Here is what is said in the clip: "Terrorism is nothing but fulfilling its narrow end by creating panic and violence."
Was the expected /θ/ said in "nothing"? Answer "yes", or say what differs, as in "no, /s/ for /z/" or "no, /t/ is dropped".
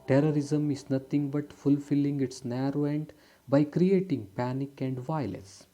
no, /t/ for /θ/